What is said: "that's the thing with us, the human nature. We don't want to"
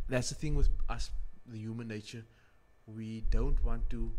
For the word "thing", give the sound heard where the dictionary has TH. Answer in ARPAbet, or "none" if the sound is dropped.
TH